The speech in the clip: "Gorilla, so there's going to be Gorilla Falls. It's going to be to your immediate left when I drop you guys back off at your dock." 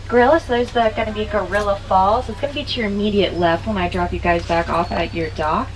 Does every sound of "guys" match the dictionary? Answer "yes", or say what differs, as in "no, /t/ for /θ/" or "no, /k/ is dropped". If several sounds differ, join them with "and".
yes